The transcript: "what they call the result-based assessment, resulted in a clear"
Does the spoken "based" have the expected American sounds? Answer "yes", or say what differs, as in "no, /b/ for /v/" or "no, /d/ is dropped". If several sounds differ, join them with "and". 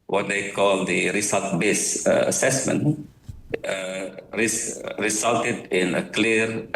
no, /t/ is dropped